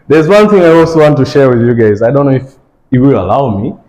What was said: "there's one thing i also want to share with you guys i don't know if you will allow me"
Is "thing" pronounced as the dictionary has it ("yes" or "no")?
yes